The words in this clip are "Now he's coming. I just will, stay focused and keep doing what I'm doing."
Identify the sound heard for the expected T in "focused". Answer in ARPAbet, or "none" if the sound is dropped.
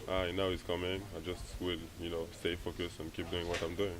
none